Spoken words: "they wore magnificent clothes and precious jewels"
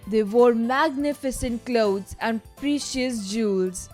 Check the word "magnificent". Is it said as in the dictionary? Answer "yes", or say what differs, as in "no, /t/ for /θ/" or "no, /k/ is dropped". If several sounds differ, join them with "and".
yes